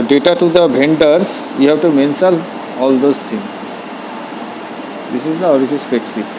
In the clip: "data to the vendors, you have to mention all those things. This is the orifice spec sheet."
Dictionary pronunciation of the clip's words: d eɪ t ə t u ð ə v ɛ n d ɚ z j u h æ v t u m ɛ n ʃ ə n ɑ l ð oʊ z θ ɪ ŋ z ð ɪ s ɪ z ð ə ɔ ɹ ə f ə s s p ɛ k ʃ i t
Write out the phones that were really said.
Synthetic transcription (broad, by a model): d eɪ t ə t u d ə b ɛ n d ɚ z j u h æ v t u m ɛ n s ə l ɑ l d oʊ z t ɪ ŋ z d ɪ s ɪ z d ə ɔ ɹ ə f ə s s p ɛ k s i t